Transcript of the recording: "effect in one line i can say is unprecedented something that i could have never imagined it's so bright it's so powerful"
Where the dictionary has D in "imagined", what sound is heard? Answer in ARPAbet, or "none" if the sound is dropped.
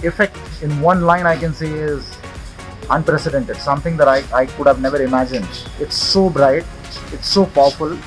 D